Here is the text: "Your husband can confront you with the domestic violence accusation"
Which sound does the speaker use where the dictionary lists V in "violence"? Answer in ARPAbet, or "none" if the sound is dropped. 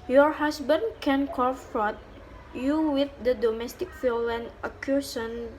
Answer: F